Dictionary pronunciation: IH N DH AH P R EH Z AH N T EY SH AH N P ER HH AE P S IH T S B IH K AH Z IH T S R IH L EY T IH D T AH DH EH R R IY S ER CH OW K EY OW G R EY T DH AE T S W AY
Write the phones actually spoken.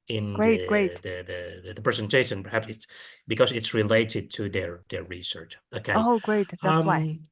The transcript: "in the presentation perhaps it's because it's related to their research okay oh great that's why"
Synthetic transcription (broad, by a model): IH N DH AH P R EH Z AH N T EY SH AH N P ER HH AE P S IH T S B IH K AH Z IH T S R IH L EY T IH D T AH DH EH R R IY S ER CH OW K EY OW G R EY T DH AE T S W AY